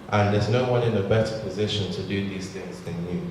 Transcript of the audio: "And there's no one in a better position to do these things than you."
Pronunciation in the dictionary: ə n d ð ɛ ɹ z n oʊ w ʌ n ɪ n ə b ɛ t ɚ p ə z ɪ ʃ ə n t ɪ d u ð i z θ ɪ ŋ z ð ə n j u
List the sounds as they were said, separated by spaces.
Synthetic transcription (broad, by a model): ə n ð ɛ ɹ z n oʊ w ʌ n ɪ n ə b ɛ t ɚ p ə z ɪ ʃ ə n t ɪ d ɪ ð i z θ ɪ ŋ z ð ə n j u